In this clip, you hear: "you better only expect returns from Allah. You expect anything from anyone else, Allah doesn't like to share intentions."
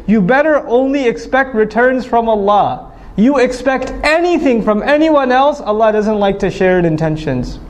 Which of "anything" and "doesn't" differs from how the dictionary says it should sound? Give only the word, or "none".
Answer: none